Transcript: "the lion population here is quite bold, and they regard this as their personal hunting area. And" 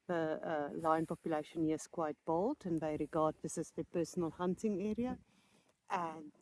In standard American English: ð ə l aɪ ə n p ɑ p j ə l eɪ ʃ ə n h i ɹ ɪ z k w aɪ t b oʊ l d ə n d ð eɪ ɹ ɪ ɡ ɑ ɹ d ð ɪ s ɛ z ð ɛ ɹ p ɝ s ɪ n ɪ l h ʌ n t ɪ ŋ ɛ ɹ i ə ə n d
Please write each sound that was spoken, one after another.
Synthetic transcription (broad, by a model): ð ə l aɪ ə n p ɑ p j ə l eɪ ʃ ə n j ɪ s k w aɪ t b oʊ l d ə n ð eɪ ɹ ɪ ɡ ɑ d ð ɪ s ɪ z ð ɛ p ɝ s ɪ n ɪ l h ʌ n t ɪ ŋ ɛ ɹ i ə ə n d